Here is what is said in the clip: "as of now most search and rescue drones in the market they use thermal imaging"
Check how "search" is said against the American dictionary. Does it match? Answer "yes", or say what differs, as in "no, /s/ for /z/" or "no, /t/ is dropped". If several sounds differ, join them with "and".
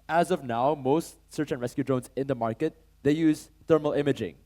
yes